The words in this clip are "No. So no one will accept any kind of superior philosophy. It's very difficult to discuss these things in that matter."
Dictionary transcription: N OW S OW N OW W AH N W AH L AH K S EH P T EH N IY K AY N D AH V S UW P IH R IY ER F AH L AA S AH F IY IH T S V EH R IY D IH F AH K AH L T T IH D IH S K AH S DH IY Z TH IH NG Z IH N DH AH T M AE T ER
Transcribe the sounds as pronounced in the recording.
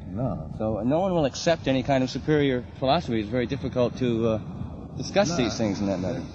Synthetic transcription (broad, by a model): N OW S OW N OW W AH N W AH L AH K S EH P T EH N IY K AY N D AH V S UW P IH R IY ER F AH L AA S AH F IY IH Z V EH R IY D IH F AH K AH L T T IH D IH S K AH S DH IY Z TH IH NG Z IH N DH AH T M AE T ER